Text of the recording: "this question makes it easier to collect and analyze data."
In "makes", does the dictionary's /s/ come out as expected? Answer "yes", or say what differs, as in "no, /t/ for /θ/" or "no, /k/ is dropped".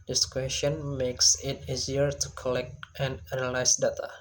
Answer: yes